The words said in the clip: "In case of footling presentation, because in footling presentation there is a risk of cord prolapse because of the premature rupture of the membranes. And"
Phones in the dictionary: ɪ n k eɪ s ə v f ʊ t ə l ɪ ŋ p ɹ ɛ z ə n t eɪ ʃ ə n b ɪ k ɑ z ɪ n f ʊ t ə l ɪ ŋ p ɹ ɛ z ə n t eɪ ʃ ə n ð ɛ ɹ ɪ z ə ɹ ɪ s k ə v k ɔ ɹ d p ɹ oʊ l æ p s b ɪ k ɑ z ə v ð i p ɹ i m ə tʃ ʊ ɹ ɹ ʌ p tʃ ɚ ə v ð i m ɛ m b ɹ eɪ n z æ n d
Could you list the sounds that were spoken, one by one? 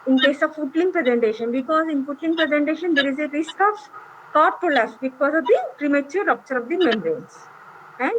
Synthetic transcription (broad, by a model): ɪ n k eɪ s ə v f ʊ t l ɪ ŋ p ɹ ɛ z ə n t eɪ ʃ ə n b ɪ k ɑ z ɪ n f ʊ t l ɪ ŋ p ɹ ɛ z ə n t eɪ ʃ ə n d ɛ ɹ ɪ z ə ɹ ɪ s k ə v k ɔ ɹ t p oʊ l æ s b ɪ k ɑ z ə v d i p ɹ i m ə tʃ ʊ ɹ ɹ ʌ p tʃ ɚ ə v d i m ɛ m ɹ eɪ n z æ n d